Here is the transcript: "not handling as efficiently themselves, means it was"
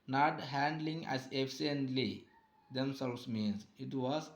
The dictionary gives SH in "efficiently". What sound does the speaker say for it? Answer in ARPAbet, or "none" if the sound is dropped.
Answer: none